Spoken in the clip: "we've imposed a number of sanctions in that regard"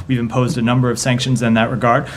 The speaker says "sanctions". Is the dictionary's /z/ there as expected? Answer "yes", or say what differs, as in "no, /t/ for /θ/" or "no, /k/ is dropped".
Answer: yes